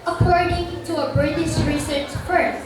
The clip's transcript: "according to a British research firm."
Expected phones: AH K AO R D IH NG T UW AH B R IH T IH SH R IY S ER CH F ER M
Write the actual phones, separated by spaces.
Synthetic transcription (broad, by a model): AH K AO R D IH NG T UW AH B R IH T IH S R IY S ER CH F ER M